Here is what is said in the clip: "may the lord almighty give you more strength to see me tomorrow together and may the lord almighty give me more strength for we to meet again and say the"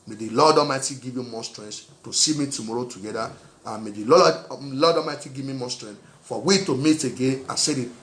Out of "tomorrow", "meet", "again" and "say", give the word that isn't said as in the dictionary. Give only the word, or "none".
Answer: again